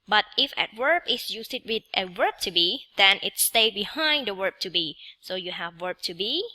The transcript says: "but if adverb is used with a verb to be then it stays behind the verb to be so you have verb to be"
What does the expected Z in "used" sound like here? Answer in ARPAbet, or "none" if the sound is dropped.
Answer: S